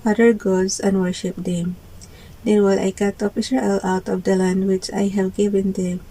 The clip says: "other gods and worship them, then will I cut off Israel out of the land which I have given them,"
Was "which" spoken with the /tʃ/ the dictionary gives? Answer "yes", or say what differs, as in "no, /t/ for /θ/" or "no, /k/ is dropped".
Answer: yes